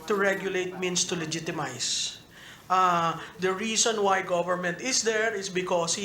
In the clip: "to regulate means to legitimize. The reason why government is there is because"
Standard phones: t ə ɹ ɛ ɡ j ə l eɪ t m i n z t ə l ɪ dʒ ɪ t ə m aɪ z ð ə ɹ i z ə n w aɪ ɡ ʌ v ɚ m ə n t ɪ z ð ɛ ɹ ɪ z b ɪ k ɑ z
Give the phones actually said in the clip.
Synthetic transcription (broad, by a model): t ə ɹ ɛ ɡ j ə l eɪ t m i n s t ə l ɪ dʒ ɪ t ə m aɪ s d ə ɹ i s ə n w aɪ ɡ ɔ v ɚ m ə n t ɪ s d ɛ ɹ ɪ s b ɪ k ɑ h